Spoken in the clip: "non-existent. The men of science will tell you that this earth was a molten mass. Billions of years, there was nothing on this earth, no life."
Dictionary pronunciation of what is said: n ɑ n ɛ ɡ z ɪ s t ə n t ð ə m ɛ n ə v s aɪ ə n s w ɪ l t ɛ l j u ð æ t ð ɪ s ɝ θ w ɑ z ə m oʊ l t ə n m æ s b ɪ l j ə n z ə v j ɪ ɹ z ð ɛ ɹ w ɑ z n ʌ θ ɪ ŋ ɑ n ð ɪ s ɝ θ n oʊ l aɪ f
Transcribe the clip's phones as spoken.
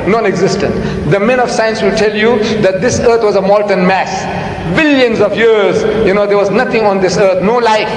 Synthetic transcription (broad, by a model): n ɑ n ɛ ɡ z ɪ s t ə n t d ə m ɛ n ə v s aɪ ə n s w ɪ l t ɛ l j u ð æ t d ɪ s ɝ t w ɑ z ə m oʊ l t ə n m æ s b ɪ l j ə n z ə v j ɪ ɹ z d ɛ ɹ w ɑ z n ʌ t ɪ ŋ ɑ n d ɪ s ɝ t n oʊ l aɪ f